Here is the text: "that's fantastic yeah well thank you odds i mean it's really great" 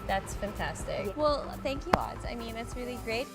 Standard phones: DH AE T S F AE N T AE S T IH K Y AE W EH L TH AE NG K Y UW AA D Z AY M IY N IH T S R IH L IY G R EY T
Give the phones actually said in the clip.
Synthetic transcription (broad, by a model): DH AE T S F AE N T AE S T IH K W EH L TH AE NG K Y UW AA D Z AY M IY N IH T S R IH L IY G R EY T